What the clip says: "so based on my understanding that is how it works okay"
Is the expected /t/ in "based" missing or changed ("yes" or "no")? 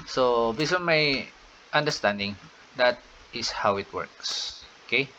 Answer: yes